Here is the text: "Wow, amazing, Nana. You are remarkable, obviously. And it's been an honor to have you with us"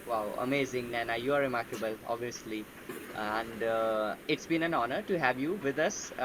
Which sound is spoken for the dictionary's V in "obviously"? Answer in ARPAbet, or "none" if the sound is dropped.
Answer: none